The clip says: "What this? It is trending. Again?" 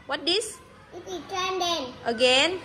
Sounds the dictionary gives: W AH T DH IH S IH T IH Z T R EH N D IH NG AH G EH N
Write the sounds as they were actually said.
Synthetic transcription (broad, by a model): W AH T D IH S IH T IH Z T EH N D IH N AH G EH N